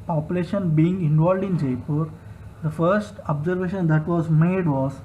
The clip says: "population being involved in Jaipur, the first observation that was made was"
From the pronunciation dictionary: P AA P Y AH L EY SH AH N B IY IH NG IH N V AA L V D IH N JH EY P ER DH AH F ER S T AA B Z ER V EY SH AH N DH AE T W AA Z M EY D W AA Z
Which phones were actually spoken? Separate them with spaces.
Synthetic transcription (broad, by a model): P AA P Y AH L EY SH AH N B IY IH NG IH N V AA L D IH N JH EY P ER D AH F ER S T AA B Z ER V EY SH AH N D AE T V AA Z M EY D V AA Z